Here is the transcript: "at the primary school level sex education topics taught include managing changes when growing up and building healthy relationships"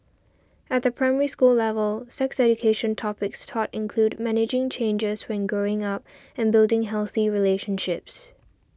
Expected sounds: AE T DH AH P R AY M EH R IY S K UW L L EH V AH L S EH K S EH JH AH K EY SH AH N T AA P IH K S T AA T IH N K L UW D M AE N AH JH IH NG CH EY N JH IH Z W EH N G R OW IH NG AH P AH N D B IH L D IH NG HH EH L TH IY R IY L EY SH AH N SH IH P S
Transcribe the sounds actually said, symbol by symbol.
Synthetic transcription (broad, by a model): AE T DH AH P R AY M EH R IY S K UW L L EH V AH L S EH K S EH JH AH K EY SH AH N T AA P IH K S T AA T IH N K L UW D M AE N AH JH IH NG CH EY N JH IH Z W EH N G R OW IH NG AH P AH N B IH L D IH NG HH EH L TH IY R IY L EY SH AH N SH IH P S